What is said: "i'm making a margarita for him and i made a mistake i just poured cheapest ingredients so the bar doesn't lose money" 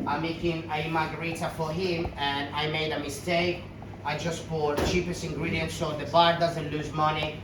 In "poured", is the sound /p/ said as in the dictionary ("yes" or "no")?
no